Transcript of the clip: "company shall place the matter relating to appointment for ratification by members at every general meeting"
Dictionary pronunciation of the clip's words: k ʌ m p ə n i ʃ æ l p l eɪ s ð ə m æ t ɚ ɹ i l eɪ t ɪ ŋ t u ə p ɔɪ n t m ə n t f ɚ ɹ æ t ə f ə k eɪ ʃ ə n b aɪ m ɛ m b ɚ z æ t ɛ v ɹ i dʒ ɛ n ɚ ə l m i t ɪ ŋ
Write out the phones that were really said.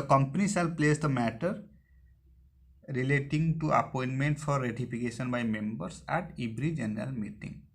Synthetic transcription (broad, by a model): k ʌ m p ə n i s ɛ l p l eɪ s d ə m æ t ɚ ɹ i l eɪ t ɪ ŋ t u ə p ɔɪ n t m ə n t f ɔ ɹ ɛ t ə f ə k eɪ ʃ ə n b aɪ m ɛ m b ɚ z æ t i b ɹ i dʒ ɛ n ɚ ə l m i t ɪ ŋ